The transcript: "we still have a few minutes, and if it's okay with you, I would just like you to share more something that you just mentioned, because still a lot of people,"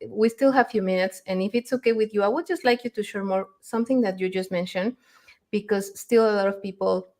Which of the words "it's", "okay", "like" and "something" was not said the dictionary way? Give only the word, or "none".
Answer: none